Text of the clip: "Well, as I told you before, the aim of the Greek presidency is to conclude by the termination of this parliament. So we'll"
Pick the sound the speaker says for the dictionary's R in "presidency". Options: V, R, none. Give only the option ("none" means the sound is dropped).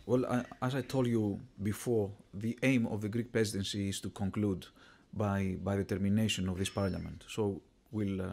R